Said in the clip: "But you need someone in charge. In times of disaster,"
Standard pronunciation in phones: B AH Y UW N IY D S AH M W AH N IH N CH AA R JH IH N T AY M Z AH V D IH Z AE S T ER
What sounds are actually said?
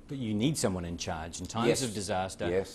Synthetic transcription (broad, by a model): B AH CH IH N IY D S AH M W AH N IH N CH AA R JH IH N T AY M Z AH V D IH Z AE S T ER